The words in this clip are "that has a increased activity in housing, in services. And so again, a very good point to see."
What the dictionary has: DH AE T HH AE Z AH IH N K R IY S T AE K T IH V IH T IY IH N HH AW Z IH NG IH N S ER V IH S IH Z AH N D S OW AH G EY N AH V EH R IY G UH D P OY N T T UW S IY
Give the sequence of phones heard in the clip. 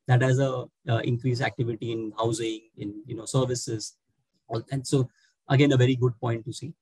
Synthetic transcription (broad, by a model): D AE T HH AE Z AH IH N K R IY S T AE K T IH V IH T IY IH N HH AW Z IH NG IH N S ER V IH S IH Z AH L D S OW AH G EY N AH V EH R IY G UH D P OY N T T UW S IY